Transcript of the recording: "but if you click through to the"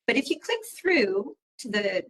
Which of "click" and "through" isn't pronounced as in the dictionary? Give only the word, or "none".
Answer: none